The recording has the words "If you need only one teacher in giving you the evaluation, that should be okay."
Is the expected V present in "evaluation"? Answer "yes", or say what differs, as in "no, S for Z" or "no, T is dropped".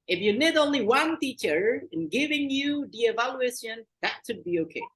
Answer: yes